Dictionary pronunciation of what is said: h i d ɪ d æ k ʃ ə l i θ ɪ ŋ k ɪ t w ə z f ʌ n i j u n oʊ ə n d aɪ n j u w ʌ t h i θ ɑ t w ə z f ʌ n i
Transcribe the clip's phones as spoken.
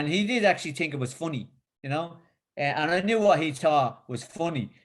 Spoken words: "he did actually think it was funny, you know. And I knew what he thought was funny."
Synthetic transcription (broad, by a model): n i d ɪ d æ k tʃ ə l i θ ɪ ŋ k ɪ t w ə z f ʌ n i j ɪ n oʊ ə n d aɪ n j u w ʌ t h i t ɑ w ə z f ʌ n i